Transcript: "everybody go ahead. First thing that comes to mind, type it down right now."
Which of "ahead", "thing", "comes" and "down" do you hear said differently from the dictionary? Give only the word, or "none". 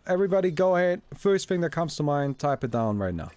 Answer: none